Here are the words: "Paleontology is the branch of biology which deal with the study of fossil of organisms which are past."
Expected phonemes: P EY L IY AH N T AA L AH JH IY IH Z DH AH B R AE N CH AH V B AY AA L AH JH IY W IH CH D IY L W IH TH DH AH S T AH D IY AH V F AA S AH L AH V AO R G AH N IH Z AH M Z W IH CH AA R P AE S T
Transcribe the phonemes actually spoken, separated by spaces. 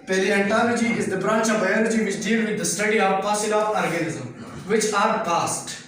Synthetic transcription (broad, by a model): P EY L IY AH N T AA L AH JH IY IH Z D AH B R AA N CH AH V B AY AA L AH JH IY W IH CH D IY L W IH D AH S T AH D IY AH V P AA S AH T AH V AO R G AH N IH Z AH M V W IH CH AA R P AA S T